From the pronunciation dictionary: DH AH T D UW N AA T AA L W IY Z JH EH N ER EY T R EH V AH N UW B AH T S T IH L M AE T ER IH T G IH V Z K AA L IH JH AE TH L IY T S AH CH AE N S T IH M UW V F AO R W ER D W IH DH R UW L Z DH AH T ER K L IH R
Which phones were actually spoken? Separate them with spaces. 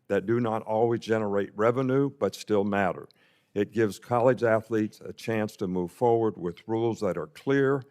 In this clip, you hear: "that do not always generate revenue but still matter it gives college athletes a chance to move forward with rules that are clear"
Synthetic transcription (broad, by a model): DH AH T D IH N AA T AA L W IY Z JH EH N ER EY T R EH V AH N UW B AH T S T IH L M AE T ER IH T G IH V Z K AA L IH JH AE TH L IY T S AH CH AE N S T IH M UW V F AO R W ER D W IH DH R UW L Z DH AH T ER K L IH R